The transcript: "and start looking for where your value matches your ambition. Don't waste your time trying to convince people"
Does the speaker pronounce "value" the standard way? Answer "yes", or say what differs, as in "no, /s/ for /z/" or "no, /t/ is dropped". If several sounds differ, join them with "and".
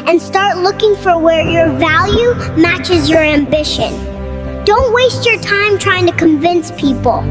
yes